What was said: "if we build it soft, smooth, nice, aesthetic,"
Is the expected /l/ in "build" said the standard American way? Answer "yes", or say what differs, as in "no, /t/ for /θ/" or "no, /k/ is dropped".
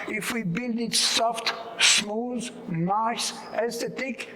yes